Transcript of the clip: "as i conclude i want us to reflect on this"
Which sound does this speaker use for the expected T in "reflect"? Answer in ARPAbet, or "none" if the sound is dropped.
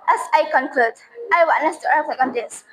none